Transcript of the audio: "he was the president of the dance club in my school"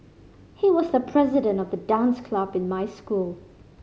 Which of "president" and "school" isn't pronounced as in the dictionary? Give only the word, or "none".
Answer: none